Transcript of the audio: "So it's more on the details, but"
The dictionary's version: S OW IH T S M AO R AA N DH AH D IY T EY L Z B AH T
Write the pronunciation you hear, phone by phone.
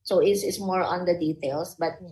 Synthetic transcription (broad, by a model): S OW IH S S M AO R AA N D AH D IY T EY L S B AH T